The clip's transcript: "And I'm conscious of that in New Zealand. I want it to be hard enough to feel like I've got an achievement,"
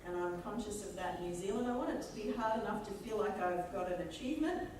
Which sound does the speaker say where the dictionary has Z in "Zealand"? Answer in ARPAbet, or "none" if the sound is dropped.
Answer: Z